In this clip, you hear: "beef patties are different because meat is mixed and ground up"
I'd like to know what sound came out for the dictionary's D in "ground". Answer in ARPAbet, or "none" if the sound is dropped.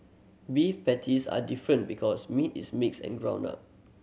none